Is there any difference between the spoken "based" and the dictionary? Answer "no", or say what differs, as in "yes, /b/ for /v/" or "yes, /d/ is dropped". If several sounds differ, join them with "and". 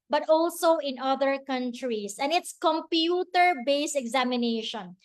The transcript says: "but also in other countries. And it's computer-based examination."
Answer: yes, /t/ is dropped